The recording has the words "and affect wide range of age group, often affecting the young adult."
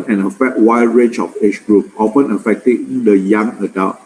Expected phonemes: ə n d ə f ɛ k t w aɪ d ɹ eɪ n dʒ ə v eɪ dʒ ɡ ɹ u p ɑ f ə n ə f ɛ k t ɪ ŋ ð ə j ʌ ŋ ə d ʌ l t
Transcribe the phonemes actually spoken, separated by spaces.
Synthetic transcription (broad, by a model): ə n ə f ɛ t w aɪ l ɹ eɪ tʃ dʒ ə f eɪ tʃ ɡ ɹ u p ɑ f ə n ə f ɛ k t ɪ ŋ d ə j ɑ ŋ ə d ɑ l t